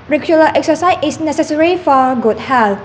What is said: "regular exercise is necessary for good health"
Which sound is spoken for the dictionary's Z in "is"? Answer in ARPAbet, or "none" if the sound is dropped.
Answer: S